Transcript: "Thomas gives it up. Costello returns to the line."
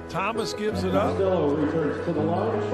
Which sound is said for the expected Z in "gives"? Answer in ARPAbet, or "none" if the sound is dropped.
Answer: Z